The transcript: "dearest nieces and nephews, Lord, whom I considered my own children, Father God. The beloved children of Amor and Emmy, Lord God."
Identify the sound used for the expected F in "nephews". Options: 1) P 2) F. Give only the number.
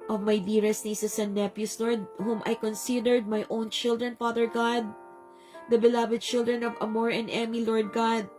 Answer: 1